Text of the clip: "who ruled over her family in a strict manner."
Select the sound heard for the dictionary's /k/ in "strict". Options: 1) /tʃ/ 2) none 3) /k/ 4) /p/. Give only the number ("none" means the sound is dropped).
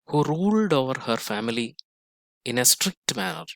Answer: 3